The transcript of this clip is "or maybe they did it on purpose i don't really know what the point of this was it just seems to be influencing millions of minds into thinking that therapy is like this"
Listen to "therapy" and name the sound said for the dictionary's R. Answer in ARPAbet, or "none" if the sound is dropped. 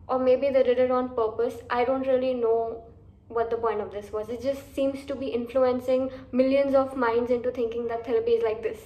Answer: L